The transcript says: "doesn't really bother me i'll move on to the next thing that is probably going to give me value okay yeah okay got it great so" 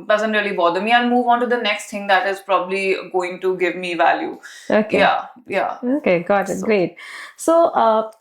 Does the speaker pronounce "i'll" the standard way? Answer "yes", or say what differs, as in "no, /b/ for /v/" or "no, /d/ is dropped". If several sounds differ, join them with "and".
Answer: no, /n/ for /l/